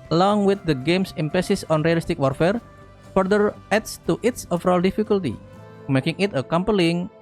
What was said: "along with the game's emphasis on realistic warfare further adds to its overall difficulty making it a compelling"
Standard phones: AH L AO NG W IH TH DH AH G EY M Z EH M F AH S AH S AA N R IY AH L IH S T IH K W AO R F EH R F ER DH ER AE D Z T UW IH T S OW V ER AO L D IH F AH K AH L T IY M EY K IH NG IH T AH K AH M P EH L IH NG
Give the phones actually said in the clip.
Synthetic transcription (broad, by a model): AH L AO NG W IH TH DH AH G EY M S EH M P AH S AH S AA N R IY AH L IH S T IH K W AO R F EH R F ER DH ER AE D S T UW IH T S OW F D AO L D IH F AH K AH L T IY M EY K IH NG IH T AH K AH M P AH L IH NG